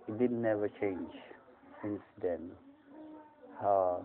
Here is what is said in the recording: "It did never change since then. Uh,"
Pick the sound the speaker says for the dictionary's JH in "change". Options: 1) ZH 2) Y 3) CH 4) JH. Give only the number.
4